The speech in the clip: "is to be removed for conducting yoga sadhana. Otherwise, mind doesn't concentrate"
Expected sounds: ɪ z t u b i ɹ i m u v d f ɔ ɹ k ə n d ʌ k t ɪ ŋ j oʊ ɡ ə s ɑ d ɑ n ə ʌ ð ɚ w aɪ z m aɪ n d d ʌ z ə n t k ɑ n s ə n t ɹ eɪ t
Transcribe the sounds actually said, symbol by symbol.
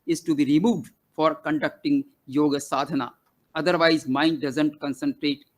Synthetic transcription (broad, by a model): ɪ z t u b i ɹ i m u v d f ɔ ɹ k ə n d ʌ k t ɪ ŋ j oʊ ɡ ə s ɑ d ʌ n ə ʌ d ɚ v aɪ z m aɪ n d d ʌ z ə n t k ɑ n s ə n t ɹ eɪ t